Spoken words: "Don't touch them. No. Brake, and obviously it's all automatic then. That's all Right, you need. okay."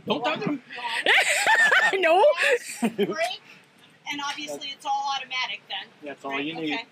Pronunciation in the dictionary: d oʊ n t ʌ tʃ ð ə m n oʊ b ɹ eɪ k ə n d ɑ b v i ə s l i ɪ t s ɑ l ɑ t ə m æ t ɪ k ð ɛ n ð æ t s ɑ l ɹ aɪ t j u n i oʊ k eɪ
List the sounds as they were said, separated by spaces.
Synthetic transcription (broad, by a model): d oʊ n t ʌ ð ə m n oʊ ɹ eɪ ə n ɑ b v i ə s l i ɪ t s ɑ l ɑ t ə m æ t ɪ k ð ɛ n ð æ t s ɑ l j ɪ n i